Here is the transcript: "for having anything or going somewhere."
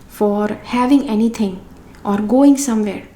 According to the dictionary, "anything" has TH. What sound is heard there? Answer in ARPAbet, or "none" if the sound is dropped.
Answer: T